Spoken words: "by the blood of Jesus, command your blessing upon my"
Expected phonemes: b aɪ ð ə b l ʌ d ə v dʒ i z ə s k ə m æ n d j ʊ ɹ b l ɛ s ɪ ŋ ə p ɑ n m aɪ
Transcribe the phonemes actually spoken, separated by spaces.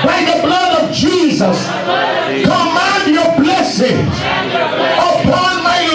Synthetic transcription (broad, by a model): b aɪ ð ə b l ʌ d ə v dʒ i z ə s k ə m æ n d j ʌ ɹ b l ɛ s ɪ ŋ ə p ɑ n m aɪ